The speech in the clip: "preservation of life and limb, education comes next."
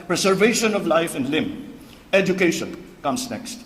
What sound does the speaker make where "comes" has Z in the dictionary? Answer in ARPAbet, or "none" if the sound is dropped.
S